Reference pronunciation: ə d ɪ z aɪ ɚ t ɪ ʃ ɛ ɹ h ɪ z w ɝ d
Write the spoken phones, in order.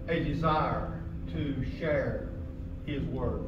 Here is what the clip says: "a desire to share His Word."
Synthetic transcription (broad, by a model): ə d ɪ z aɪ ɚ t ɪ ʃ ɛ ɹ h ɪ z w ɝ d